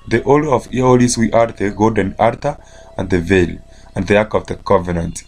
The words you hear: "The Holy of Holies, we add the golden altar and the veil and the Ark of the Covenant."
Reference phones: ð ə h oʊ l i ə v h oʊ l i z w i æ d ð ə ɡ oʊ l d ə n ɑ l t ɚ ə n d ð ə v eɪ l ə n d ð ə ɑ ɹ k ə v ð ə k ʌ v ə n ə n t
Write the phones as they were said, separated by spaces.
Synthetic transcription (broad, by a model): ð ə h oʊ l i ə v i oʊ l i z w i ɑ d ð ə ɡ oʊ d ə n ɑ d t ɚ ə n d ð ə v eɪ l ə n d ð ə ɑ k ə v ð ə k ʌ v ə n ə n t